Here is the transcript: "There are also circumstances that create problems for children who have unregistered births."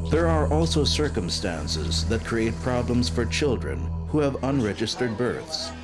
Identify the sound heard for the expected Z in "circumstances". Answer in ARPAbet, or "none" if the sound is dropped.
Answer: Z